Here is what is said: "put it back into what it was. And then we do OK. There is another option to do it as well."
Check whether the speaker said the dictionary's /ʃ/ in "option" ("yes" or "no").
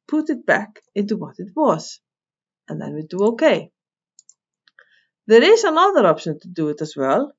yes